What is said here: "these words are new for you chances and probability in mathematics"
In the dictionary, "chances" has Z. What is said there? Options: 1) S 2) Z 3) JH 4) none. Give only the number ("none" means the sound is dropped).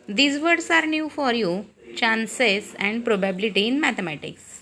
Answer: 1